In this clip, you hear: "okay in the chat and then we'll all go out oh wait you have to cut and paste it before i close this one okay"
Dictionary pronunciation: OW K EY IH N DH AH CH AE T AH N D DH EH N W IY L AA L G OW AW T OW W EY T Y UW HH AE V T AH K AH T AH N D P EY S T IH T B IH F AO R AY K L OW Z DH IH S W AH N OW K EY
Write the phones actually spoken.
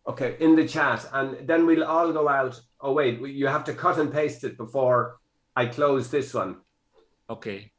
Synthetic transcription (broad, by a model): OW K EY IH N DH AH CH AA T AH N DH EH N W IY L AA L G OW AW T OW W EY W Y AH HH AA F T AH K AH T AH N P EY S T IH T B IH F AO R AY K L OW Z DH IH S W AH N OW K EY